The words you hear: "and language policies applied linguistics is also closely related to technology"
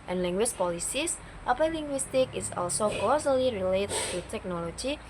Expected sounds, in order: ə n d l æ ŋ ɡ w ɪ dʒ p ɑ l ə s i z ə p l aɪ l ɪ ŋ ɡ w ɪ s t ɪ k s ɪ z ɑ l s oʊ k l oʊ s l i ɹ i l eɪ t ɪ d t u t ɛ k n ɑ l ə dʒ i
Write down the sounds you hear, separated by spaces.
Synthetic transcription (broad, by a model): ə n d l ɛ ŋ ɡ w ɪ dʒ p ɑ l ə s i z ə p aɪ l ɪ ŋ ɡ w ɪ s t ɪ k ɪ s ɑ l s oʊ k oʊ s l i ɹ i l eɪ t t u t ɛ k n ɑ l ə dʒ i